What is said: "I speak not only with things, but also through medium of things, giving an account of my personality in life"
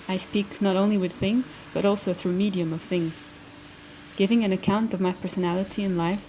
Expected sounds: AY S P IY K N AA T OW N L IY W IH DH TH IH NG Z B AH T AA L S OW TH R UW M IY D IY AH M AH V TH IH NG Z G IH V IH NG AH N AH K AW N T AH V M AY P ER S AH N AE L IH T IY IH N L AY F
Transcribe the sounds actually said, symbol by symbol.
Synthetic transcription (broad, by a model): AY S P IY K N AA T OW N L IY W IH DH TH IH NG Z B AH T AA L S OW TH R UW M IY D IY AH M AH V TH IH NG Z G IH V IH NG AH N AH K AW N T AH V M AY P ER S AH N AE L IH T IY IH N L AY F